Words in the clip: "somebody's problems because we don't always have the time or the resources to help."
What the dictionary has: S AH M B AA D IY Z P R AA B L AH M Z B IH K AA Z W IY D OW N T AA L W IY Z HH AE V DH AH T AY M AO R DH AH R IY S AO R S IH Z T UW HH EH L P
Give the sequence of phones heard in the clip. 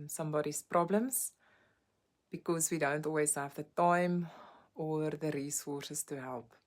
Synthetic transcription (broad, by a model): S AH M B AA D IY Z P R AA B L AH M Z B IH K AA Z W IY D OW N T AA L W IY Z HH AE V DH AH T AY M AO R DH AH R IY S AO S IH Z T UW HH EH L P